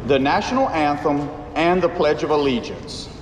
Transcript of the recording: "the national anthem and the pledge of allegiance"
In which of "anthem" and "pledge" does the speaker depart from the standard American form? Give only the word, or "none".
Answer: none